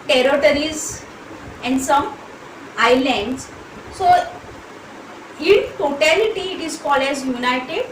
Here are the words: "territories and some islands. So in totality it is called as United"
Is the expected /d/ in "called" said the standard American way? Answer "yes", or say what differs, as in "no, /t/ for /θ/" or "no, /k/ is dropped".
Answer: no, /d/ is dropped